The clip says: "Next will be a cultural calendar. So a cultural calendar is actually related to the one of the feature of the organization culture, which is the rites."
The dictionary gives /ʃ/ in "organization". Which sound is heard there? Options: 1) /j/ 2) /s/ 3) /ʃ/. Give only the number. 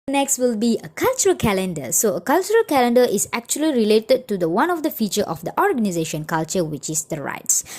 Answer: 3